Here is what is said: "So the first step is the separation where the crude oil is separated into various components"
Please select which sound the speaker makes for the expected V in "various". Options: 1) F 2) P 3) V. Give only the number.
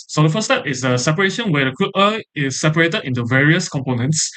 3